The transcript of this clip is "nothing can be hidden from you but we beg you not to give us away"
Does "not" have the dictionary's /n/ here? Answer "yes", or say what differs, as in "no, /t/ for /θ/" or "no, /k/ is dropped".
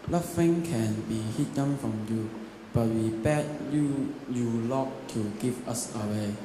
no, /l/ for /n/